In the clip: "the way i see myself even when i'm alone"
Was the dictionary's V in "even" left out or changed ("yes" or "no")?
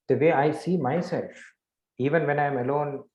no